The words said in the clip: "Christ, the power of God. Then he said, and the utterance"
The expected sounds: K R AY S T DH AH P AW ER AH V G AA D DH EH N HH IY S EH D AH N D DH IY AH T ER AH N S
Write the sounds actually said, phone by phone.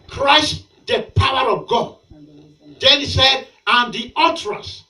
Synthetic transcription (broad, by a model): K R AY S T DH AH P AW ER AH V G AA D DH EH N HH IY S EH D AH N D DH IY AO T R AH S